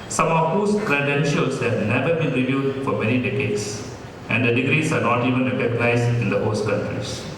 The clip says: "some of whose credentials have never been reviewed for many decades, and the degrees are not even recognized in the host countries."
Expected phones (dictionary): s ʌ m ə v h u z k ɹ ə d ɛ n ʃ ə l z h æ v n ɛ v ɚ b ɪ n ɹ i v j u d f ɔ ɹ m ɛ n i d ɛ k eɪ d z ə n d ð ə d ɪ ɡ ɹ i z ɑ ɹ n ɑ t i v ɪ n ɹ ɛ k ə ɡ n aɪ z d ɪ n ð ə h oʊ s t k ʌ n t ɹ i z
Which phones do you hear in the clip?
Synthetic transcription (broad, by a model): s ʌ m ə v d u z k ɹ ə d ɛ n ʃ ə l s h æ v n ɛ v ɚ b ɪ n ɹ i v j u d f ɔ ɹ m ɛ n i d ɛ k eɪ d s ə n d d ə d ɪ ɡ ɹ i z ɑ ɹ n ɑ t i v ɪ n ɹ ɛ k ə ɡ n aɪ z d ɪ n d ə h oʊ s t k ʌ n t ɹ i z